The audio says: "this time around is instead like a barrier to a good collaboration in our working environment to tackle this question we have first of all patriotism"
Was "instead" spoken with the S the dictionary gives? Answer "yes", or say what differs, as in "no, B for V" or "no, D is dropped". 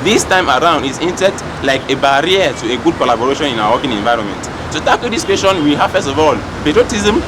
no, S is dropped